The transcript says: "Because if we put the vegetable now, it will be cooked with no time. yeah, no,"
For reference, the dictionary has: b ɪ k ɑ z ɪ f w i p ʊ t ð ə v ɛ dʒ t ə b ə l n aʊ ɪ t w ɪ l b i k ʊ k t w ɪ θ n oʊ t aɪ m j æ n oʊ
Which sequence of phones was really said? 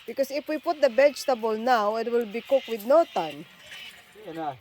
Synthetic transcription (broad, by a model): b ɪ k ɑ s ɪ f w i p ʊ t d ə b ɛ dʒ t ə b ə l n aʊ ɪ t w ɪ l b i k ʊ k w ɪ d n oʊ t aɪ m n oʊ